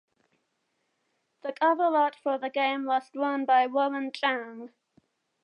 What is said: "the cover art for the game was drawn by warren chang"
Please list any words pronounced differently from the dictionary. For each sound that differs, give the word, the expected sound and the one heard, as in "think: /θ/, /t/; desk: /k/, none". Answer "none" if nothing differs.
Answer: drawn: /ɹ/, /w/; warren: /ɹ/, /l/